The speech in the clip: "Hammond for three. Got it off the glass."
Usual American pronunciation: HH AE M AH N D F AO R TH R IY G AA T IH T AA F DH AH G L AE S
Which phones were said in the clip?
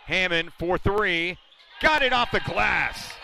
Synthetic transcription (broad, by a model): HH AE M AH N F AO R TH R IY G AA T IH T AA F DH AH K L AE S